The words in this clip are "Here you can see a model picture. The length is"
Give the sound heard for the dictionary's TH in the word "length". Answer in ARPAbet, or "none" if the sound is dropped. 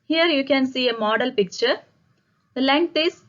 T